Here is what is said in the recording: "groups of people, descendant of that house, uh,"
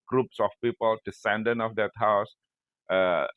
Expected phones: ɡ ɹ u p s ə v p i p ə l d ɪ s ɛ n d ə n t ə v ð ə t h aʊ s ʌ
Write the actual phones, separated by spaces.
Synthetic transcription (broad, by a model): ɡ ɹ u p s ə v p i p ə l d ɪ s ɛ n d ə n ə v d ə t h aʊ s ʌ